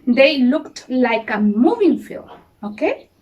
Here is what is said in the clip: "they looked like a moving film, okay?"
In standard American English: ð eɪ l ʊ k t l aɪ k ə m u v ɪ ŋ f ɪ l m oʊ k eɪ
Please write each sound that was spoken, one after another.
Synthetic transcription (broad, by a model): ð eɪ l ʊ k t l aɪ k ə m u v ɪ ŋ f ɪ l oʊ k eɪ